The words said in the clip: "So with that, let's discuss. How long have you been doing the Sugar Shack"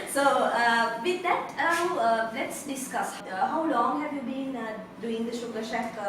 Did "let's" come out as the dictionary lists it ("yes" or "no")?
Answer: yes